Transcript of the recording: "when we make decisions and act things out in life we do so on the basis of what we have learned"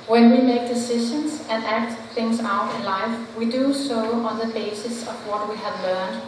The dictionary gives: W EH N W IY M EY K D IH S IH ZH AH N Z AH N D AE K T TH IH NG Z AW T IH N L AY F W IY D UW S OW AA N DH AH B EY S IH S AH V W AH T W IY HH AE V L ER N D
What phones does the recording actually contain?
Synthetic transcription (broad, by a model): W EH N W IY M EY K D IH S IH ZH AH N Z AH N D AE K T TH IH NG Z AW T IH N L AY F W IY D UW S OW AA N DH AH B EY S IH S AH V W AH T W IY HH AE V L ER N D